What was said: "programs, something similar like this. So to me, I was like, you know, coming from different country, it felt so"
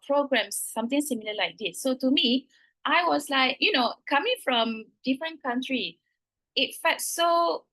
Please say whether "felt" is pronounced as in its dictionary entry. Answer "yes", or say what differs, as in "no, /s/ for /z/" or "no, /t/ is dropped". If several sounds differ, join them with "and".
no, /l/ is dropped